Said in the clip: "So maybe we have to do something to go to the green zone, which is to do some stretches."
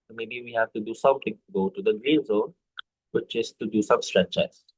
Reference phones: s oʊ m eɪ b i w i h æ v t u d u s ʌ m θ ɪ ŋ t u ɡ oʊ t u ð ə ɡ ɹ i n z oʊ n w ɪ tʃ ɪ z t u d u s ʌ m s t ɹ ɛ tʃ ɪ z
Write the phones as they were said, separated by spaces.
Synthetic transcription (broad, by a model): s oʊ m eɪ b i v i h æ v t u d u s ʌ m t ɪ ŋ t u ɡ oʊ t u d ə ɡ ɹ i n z oʊ n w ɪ tʃ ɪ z t u d u s ʌ m s t ɹ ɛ tʃ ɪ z